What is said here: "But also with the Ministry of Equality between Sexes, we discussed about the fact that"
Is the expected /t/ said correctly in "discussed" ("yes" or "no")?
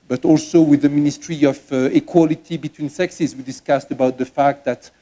yes